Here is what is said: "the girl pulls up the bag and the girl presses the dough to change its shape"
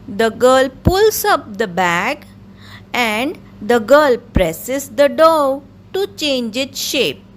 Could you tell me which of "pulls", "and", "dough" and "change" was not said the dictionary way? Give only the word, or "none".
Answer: pulls